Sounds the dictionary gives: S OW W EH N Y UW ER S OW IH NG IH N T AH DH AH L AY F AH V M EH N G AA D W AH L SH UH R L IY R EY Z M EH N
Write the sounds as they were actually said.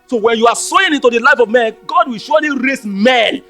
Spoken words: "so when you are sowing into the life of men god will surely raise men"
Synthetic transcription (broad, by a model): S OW W EH N Y UW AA S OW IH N IH N T AH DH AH L AY F AH V M EH N G AA D W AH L SH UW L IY R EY S M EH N